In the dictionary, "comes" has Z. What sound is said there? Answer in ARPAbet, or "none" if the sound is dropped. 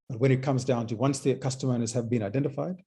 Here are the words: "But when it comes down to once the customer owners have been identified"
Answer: Z